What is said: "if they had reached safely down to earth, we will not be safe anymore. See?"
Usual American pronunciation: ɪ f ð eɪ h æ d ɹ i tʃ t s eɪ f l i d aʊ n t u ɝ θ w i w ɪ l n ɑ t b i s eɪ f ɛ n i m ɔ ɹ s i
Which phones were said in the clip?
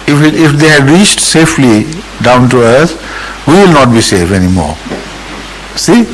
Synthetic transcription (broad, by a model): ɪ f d eɪ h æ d ɹ i tʃ t s eɪ f l i d aʊ n t u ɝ s w i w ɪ l n ɑ t b i s eɪ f ɛ n i m ɔ ɹ s i